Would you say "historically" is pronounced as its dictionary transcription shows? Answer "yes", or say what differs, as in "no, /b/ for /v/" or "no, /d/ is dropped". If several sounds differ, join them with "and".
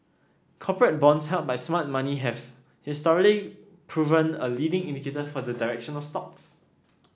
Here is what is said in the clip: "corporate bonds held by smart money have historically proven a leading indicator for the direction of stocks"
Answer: no, /k/ is dropped